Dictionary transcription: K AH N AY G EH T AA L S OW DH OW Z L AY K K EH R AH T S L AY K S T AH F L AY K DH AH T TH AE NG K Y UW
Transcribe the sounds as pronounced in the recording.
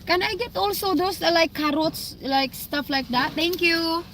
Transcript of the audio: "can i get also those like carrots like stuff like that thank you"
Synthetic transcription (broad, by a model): K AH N AY G EH T AA L S OW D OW S L AY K K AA R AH T S L AY K S T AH F L AY K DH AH T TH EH NG K Y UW